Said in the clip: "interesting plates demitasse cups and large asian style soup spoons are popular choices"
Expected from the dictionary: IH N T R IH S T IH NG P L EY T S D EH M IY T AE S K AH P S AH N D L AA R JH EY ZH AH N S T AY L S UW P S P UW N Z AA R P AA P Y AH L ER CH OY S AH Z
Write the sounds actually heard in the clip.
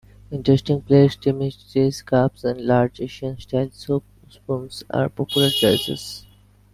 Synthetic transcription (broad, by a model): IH N T R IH S T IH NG P L EY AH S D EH M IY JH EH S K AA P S AH N D L AA R JH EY SH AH N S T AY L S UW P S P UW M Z AA R P AA P Y AH L ER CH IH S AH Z